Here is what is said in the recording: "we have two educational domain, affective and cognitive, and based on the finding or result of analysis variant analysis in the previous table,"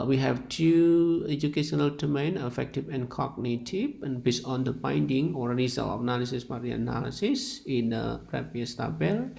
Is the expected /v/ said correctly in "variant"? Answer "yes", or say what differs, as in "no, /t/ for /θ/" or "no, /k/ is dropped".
no, /p/ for /v/